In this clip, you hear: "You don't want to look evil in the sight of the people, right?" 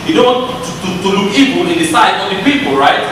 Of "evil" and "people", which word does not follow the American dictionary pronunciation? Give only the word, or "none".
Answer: evil